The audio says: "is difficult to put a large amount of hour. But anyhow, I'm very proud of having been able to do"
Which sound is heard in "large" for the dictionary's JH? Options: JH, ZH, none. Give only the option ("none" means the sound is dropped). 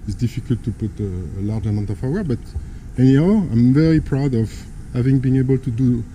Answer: JH